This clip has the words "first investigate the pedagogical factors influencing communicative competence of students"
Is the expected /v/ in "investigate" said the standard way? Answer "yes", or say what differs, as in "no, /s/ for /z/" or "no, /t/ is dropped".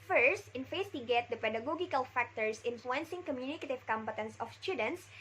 no, /f/ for /v/